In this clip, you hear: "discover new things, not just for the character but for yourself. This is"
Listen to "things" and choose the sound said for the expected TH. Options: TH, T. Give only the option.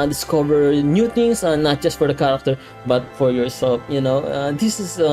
T